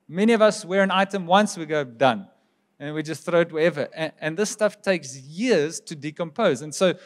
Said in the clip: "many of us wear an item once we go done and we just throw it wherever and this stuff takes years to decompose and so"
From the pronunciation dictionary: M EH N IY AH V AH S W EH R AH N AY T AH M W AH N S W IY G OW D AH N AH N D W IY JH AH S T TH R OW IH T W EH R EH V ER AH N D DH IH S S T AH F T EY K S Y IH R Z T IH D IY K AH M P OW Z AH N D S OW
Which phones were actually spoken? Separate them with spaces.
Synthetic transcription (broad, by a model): M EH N IY AH V AH S W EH R AH N AY T AH M W AH N S W IY G OW D AH N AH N W IY JH AH S T TH R OW IH T W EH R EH V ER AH N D DH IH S S T AH F T EY K S Y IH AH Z T IH D IY K AH M P OW Z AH N S OW